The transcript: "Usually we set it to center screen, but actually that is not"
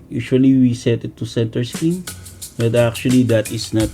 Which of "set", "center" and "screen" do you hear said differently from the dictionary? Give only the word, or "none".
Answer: screen